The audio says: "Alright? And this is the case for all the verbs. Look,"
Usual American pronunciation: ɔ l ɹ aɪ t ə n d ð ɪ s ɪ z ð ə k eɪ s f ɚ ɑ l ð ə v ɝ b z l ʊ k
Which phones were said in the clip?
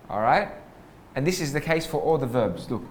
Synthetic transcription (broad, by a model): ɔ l ɹ aɪ t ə n ð ɪ s ɪ z ð ə k eɪ s f ɚ ɑ l ð ə v ɝ b z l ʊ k